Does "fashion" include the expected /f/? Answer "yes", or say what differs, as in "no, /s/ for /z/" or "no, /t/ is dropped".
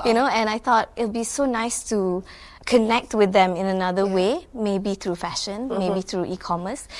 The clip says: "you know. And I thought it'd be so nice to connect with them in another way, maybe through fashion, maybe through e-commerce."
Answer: yes